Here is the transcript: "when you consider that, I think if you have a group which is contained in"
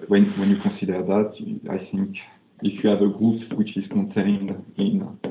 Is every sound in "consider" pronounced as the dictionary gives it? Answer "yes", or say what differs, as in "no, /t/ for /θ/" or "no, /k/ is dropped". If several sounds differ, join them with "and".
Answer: no, /n/ is dropped